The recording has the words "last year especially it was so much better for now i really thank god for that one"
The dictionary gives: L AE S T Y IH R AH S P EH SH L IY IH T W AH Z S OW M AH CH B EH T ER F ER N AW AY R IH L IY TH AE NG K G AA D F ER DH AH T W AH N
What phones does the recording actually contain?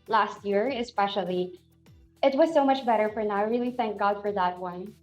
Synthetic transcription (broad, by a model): L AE S T Y IH R AH S P EH SH L IY IH T W AH Z S OW M AH CH B EH T ER F ER N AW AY R IH L IY TH AE NG K G AA D F ER DH AH T W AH N